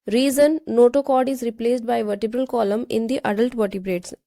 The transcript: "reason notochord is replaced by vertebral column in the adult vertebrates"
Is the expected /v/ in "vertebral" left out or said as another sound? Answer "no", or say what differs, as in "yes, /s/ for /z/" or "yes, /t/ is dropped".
no